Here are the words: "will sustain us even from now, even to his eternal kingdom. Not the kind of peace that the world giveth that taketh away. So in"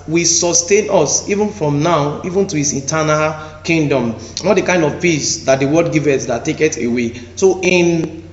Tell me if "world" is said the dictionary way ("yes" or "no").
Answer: no